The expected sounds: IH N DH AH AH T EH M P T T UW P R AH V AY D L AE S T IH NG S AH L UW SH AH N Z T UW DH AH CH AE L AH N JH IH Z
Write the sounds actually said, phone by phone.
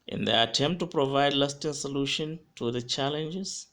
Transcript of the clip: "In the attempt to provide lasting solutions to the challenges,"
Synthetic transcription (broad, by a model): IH N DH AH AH T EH M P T T UW P R AH V AY D L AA S T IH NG S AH L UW SH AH N T UW DH AH CH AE L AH N JH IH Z